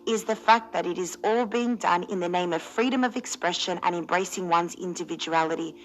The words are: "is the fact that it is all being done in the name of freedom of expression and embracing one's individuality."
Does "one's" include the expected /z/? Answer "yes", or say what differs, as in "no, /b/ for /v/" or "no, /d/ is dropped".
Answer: yes